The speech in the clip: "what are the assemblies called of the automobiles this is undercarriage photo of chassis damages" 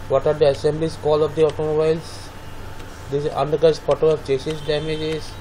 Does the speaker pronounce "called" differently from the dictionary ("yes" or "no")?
yes